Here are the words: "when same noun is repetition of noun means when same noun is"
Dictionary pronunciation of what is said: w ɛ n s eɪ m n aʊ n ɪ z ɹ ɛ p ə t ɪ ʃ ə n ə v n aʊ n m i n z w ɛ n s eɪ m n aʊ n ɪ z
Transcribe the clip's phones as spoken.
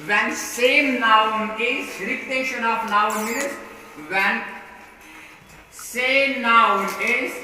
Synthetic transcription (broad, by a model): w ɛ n s eɪ m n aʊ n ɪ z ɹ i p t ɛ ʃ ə n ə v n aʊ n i z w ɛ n s eɪ m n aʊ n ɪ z